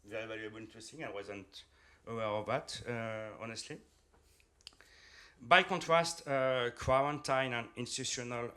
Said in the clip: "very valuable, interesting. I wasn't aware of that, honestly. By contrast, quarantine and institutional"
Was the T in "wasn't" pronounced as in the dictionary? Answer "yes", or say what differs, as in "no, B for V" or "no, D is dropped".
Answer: yes